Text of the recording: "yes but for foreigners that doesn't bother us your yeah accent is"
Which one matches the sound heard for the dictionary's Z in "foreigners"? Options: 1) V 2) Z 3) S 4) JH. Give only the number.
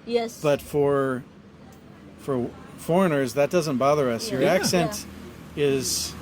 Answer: 2